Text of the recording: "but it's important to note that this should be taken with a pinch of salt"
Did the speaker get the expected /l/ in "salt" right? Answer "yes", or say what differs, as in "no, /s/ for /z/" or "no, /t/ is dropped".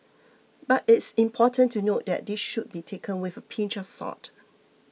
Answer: no, /l/ is dropped